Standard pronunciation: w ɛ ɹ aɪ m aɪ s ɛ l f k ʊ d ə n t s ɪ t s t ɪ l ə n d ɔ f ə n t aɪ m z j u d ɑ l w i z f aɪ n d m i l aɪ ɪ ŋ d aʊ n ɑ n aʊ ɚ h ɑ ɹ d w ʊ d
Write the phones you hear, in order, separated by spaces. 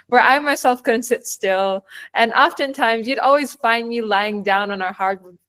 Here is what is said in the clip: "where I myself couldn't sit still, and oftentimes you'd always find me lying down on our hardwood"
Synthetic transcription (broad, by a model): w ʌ ɹ aɪ m aɪ s ɛ l f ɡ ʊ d n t s ɪ t s t ɪ l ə n ɔ f ə n t aɪ m z j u d ɑ l w i z f aɪ n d m i l aɪ ɪ ŋ d aʊ n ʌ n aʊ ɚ h ɑ ɹ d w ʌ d